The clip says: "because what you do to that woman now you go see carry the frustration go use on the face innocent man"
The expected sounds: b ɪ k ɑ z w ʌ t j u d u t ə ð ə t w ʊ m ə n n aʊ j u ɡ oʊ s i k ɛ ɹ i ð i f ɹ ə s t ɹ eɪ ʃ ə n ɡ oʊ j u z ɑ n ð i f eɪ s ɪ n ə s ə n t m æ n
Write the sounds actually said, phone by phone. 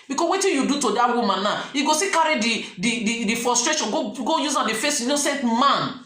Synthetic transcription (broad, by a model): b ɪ k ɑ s w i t j u d u t ə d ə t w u m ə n n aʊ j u ɡ oʊ s i k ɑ ɹ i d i f ɹ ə s t ɹ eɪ ʃ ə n ɡ oʊ j u z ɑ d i f eɪ s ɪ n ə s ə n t m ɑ n